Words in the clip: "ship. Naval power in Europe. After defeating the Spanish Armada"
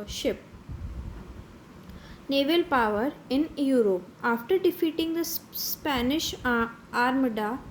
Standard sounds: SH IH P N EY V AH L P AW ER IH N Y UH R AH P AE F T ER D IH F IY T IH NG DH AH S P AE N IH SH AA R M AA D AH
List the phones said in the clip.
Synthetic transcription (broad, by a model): SH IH P N EY V AH L P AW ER IH N Y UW R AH P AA F T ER D IH F IY T IH NG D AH S P AE N IH SH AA R M D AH